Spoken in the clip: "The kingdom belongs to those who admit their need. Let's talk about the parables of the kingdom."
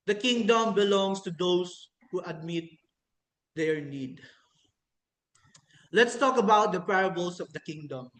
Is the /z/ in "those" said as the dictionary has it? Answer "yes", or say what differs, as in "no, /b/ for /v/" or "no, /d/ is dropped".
no, /s/ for /z/